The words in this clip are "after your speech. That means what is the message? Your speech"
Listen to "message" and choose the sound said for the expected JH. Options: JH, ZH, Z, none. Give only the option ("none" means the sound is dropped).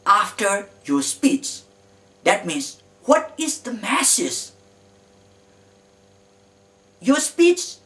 Z